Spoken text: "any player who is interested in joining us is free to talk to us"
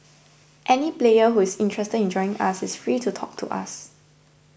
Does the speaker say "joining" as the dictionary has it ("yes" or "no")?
no